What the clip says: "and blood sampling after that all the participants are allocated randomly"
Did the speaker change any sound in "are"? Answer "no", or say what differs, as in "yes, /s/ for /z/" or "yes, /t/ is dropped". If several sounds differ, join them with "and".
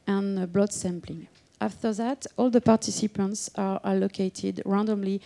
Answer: no